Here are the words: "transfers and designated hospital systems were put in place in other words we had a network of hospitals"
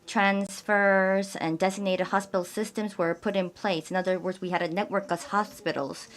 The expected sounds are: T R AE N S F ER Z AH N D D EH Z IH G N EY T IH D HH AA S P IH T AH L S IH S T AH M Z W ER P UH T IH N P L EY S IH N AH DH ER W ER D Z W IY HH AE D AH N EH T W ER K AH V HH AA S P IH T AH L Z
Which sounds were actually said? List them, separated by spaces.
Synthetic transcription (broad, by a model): T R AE N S F ER Z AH N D D EH Z IH G N EY T IH D HH AA S P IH T L S IH S T AH M Z W ER P UH T IH N P L EY S IH N AH DH ER W ER D Z W IY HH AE D AH N EH T W ER K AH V HH AA S P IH T L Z